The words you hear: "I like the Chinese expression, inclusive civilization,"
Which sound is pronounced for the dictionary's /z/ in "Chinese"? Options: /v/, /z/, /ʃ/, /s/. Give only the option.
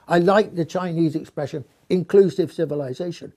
/z/